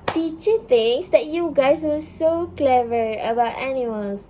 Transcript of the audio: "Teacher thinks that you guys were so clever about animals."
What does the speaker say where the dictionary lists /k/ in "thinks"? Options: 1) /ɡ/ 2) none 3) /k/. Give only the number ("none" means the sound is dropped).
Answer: 2